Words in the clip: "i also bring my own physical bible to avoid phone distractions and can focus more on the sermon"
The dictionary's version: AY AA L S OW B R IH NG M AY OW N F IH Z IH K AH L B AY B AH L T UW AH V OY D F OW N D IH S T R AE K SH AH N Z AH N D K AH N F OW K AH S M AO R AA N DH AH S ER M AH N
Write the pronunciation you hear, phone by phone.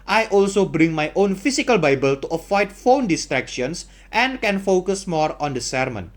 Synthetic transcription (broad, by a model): AY AA L S OW B R IH NG M AY OW N F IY S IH K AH L B AY B AH L T UW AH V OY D F OW N D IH S T R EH K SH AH N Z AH N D K AH N F OW K AH S M AO R AA N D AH S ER M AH N